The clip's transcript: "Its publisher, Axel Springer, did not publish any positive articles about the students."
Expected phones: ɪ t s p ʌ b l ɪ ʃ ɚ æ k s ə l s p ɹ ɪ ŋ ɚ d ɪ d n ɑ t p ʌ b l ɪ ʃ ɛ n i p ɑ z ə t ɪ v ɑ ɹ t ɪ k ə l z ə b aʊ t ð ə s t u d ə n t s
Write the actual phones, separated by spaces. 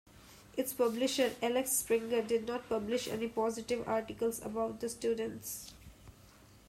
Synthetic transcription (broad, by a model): ɪ t s p ʌ b l ɪ ʃ ɚ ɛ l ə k s p ɹ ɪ ŋ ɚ d ɪ d n ɑ t p ʌ b l ɪ ʃ ɛ n i p ɑ z ə t ɪ v ɑ ɹ t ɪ k ə l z ə b aʊ t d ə s t u d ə n t s